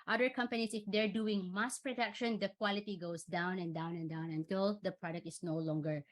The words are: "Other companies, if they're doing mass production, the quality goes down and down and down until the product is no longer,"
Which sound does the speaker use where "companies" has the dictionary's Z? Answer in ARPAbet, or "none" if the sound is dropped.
S